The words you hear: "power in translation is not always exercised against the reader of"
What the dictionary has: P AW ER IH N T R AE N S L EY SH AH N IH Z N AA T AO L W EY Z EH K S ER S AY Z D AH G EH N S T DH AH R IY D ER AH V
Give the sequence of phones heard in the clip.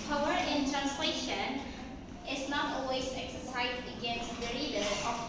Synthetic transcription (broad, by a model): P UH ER IH N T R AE N S L EY SH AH N IH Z N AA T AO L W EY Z EH K S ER S AY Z AH G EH N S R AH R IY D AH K